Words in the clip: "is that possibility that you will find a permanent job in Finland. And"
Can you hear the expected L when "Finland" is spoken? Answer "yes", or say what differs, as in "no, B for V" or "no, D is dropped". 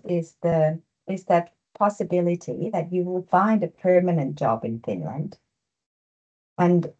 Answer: yes